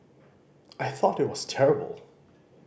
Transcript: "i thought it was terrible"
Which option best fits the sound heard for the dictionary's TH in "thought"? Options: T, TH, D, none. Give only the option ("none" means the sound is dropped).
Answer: TH